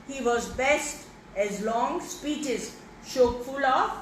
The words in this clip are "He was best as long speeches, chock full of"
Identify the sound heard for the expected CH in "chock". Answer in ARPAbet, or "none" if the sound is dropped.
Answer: SH